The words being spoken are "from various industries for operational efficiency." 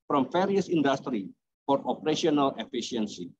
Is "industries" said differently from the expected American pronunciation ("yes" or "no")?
yes